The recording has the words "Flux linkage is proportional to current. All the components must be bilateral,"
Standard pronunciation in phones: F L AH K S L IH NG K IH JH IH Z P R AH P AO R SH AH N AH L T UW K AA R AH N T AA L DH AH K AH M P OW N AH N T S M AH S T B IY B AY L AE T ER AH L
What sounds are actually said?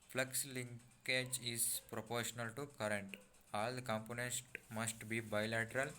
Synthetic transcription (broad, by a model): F L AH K S L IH NG K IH JH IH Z P R AH P AO R SH AH N AH L T UW K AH R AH N T AA L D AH K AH M P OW N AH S T M AH S T B IY B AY L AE T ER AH L